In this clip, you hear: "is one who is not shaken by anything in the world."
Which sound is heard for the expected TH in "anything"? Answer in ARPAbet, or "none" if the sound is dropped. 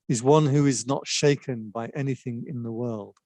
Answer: TH